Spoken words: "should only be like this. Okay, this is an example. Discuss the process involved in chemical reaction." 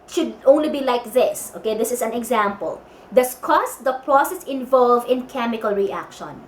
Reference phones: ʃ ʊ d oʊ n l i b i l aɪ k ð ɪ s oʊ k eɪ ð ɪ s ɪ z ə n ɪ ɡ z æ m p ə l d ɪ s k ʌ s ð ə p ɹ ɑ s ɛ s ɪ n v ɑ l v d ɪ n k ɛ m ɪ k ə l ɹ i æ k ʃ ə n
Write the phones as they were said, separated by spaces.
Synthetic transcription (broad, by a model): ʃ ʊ d oʊ n l i b i l aɪ k ð ɪ s oʊ k eɪ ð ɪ s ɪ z ə n ɪ ɡ z æ m p ə l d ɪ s k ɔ s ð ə p ɹ ɑ s ɛ s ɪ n v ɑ l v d ɪ n k ɛ m ɪ k ə l ɹ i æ k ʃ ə n